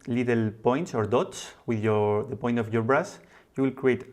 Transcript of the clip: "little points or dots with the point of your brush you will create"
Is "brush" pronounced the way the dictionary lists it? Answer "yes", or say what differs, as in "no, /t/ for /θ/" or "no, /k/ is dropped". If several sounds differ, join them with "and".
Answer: no, /s/ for /ʃ/